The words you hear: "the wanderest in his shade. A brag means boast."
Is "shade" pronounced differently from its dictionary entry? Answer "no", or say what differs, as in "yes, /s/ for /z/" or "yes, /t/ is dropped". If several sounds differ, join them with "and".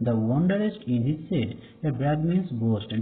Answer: yes, /s/ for /ʃ/